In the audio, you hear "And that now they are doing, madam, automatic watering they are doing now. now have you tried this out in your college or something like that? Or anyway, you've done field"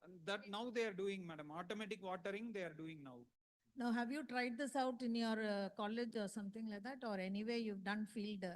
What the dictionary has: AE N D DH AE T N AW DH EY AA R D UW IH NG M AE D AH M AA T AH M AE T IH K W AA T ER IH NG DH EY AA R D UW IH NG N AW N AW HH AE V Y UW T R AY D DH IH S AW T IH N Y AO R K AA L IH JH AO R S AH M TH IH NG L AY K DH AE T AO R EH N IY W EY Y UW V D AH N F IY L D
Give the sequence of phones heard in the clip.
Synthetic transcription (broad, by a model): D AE T N AW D EY AA R D UW IH NG M AE D AH M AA T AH M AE T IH K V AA T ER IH NG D EY AA R D UW IH NG N AW N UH HH AE V Y UW T R AY D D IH S AW T IH N Y AO R K AA L IH JH AO R S AH M T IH NG L AY K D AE T AO R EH N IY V EY Y UW V D AH N F IY L D